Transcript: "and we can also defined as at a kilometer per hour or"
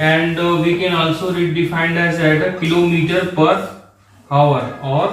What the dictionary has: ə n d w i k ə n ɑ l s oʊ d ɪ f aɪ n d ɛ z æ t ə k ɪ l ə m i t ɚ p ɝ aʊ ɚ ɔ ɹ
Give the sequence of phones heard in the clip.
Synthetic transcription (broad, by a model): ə n d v i k ə n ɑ l s oʊ d ɪ f aɪ n d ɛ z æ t ə k ɪ l ə m i t ɚ p ɝ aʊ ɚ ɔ ɹ